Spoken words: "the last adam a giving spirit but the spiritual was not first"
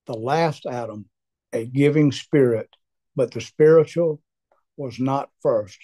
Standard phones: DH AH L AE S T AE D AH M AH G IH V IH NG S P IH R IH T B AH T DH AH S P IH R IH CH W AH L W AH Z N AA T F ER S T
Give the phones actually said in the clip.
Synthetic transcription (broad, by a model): DH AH L AE S T AE D AH M AH G IH V IH NG S P IH R IH T B AH T DH AH S P IH R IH CH L W AH Z N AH T F ER S T